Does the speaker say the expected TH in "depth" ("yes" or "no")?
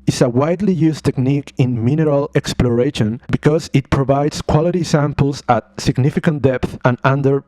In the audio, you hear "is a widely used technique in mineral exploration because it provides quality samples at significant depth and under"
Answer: yes